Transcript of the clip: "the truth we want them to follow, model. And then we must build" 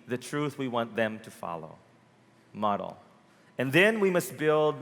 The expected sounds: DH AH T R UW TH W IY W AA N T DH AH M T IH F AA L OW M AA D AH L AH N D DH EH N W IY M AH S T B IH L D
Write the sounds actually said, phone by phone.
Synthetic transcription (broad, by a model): DH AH T R UW TH W IY W AA N DH AH M T IH F AA L OW M AA D L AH N DH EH N W IY M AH S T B IH L D